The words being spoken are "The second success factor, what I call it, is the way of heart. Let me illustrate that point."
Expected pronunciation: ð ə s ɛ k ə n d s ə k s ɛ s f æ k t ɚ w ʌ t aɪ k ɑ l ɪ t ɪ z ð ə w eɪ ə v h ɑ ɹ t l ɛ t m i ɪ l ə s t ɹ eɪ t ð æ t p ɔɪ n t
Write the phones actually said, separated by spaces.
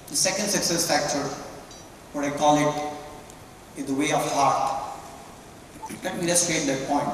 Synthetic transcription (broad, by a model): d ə s ɛ k ə n d s ə k s ɛ s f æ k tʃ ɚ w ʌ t aɪ k ɑ l ɪ t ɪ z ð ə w eɪ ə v h ɑ ɹ t l ɛ t m i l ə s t eɪ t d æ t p ɔɪ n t